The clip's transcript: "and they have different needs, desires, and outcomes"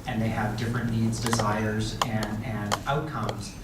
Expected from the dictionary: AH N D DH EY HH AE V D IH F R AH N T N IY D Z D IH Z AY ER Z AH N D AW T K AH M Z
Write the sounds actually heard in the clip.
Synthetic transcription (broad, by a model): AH N DH EY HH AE V D IH F R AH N N IY D Z D IH Z AY ER Z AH N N AW T K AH M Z